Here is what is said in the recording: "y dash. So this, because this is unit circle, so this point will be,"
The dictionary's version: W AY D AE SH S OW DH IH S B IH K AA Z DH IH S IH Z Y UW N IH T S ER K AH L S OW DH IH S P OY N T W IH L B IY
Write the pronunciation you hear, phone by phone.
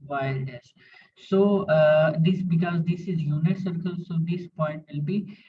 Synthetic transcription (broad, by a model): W AY D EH S S OW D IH S B IH K AA Z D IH S IH Z Y UW N IH T S ER K AH L S OW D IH S P OY N T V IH L B IY